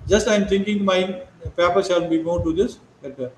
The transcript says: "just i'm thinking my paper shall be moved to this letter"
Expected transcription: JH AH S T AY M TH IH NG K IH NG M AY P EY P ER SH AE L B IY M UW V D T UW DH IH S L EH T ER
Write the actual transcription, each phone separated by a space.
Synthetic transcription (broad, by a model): JH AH S T AY M T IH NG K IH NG M AY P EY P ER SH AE L B IY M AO D T UW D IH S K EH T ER